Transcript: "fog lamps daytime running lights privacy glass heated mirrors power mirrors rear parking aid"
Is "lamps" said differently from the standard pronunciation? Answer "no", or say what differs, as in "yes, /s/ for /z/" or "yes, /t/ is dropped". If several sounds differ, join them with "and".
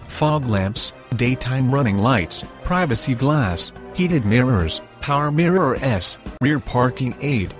no